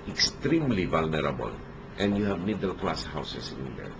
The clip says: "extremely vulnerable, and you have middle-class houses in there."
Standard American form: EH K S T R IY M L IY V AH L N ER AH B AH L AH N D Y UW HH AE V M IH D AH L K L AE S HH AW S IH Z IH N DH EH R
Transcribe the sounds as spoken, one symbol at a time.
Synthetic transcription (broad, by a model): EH K S T R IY M L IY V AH L N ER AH B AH L AH N D Y UW HH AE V M IH D AH L K L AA S HH AW S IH S IH N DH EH R